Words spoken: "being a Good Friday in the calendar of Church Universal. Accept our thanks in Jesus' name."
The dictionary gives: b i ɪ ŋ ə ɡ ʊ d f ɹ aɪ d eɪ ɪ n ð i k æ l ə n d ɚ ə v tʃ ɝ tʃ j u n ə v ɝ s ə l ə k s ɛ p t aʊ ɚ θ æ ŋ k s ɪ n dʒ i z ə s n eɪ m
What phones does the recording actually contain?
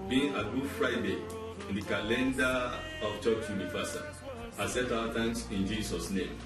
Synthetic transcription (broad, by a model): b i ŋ ə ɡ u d f ɹ aɪ d eɪ ɪ n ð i k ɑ l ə n d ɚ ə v tʃ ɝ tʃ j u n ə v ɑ s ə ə s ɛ t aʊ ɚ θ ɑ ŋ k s ɪ n dʒ i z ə s n eɪ m